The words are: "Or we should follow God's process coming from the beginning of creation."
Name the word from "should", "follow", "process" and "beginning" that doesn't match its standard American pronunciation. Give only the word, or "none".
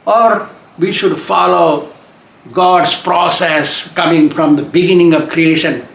none